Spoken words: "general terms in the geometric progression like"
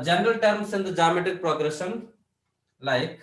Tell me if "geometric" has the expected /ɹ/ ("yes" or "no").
no